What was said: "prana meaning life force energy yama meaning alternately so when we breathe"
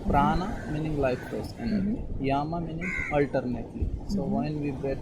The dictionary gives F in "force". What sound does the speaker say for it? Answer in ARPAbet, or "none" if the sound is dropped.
P